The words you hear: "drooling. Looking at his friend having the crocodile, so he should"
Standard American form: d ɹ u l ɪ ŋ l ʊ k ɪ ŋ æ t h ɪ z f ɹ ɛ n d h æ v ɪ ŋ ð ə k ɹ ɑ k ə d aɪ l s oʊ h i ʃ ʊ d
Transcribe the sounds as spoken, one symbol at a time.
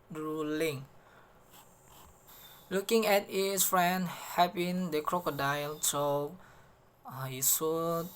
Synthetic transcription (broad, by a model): ɹ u l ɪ ŋ l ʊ k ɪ ŋ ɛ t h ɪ s f ɹ ɛ n d h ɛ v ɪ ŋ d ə k ɹ ɑ k ə d aɪ l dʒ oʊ h i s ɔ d